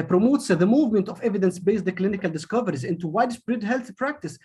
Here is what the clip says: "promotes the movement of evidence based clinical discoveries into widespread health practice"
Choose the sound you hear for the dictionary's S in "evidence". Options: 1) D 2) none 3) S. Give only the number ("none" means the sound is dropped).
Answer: 3